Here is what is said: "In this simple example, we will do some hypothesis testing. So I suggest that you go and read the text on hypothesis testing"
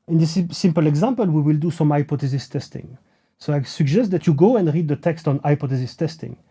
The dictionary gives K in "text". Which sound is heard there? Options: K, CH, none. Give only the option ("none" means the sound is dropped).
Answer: K